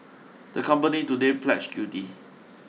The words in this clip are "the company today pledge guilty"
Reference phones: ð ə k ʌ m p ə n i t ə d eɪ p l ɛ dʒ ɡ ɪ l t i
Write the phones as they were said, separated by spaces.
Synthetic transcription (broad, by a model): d ə k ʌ m p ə n i t ə d eɪ p l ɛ tʃ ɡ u t i